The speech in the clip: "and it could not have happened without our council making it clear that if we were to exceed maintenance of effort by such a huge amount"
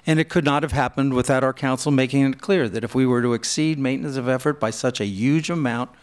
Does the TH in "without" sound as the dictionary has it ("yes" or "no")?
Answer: yes